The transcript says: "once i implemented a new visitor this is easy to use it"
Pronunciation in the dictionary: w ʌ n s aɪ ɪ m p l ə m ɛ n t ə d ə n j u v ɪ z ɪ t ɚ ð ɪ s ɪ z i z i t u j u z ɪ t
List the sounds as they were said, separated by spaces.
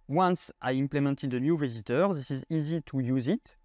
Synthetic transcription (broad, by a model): w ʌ n s aɪ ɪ m p l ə m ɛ n t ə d ə n j u v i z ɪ t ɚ ð ɪ s ɪ z i z i t u j u z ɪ t